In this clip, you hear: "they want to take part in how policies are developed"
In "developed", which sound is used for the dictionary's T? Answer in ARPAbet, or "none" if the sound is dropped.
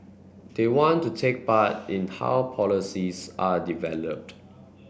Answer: T